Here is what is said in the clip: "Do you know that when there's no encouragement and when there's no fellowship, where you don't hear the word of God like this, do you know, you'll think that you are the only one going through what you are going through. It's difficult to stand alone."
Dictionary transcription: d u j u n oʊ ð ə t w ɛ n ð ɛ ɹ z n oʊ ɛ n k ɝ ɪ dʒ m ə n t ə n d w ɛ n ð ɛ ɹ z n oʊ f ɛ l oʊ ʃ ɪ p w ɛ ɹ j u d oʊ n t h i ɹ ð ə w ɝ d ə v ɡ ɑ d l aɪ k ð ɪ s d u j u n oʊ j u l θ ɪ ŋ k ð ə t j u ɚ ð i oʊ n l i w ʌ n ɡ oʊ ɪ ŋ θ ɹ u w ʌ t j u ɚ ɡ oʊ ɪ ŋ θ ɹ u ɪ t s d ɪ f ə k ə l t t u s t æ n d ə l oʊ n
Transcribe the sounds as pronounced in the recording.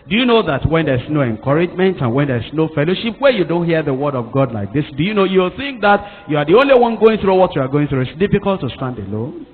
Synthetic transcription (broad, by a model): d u j u n oʊ ð ə t w ɛ n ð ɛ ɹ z n oʊ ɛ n k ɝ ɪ dʒ m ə n t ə n w ɛ n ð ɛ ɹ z n oʊ f ɛ l oʊ ʃ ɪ p w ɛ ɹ j u d oʊ n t h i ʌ ð ə w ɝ d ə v ɡ ɑ d l aɪ k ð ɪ s d u j u n oʊ j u l θ ɪ ŋ k ð ə t j u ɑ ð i oʊ n l i w ʌ n ɡ oʊ ɪ ŋ θ ɹ u w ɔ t j u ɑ ɡ oʊ ɪ ŋ θ ɹ u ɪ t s d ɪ f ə k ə l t t u s t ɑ n d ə l oʊ n